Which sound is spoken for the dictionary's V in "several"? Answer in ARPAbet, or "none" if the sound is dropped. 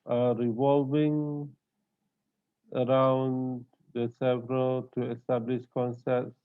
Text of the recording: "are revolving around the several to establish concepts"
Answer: V